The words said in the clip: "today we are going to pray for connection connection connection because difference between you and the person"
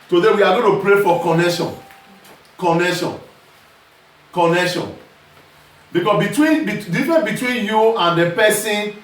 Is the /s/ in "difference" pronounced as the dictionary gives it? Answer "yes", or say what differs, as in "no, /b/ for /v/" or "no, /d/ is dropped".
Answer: no, /s/ is dropped